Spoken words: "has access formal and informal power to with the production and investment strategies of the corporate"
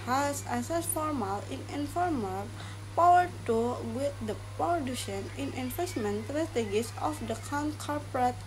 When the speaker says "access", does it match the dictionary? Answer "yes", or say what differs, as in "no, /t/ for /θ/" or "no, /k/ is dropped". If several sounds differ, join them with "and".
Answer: no, /k/ is dropped